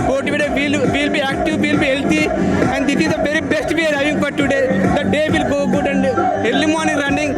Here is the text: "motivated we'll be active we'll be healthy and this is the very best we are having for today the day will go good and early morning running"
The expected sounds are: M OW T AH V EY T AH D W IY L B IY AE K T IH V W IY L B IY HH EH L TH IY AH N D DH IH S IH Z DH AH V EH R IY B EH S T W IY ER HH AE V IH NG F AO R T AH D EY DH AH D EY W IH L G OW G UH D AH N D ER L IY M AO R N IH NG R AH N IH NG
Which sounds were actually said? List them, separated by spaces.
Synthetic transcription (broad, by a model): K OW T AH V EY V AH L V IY L B IY AE K T IH V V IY L B IY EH L T IY AH N D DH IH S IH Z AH B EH R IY B EH S T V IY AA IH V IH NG F AO R T AH D EY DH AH D EY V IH L G OW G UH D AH N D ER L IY M AO R N IH NG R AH N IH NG